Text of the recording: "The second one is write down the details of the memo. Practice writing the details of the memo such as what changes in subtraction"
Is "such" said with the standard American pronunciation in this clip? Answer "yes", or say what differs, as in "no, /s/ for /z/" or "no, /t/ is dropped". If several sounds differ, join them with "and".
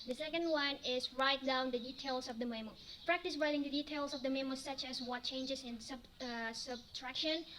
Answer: yes